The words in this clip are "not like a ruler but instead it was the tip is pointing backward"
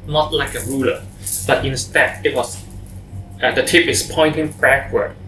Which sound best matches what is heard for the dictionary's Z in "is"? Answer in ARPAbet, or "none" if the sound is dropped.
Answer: S